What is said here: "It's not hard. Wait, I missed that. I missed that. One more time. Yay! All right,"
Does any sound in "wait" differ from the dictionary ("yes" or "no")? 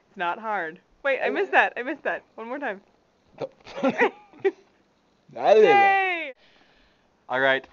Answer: no